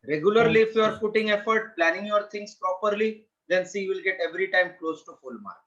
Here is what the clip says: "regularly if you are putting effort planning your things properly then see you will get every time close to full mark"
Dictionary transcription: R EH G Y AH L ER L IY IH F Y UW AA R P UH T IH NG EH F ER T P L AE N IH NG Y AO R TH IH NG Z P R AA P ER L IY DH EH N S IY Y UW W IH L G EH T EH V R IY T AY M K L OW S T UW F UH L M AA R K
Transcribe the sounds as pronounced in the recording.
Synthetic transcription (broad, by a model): R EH G Y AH L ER L IY IH F Y UW AA R F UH T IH NG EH F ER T P L AE N IH NG Y AO R T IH NG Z P R AA P ER L IY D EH N S IY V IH L G EH T EH V R IY T AY M K L OW S T UW F UH L M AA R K